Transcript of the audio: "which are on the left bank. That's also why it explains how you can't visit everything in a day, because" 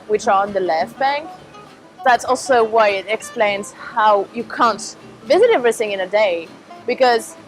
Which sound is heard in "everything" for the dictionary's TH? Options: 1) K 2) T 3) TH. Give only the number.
3